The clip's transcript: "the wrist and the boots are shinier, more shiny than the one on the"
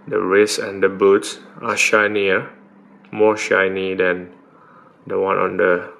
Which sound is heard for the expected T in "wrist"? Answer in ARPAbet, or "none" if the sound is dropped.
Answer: none